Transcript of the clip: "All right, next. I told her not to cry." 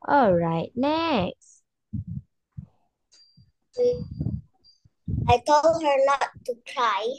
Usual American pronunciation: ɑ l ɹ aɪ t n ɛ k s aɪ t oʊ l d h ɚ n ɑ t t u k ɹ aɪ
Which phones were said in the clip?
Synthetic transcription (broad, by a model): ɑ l ɹ aɪ t n ɛ k s aɪ t oʊ l d h ɚ l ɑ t t u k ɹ aɪ